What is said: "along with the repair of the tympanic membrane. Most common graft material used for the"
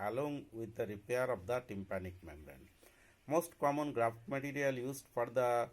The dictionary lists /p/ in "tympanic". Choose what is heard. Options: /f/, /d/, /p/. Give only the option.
/p/